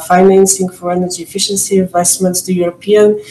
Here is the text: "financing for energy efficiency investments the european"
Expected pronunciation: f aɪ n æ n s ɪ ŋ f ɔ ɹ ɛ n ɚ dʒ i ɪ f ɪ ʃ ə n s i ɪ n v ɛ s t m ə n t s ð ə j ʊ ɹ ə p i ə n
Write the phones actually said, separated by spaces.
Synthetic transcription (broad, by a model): f aɪ n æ n s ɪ ŋ f ɔ ɹ ɛ n ɚ dʒ i ɪ f ɪ ʃ ə n s i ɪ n v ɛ s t m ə n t s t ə j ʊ ɹ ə p i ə n